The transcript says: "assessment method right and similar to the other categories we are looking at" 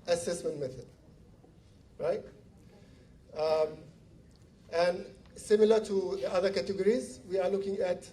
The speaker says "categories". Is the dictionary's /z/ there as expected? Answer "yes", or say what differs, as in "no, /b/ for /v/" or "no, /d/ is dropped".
yes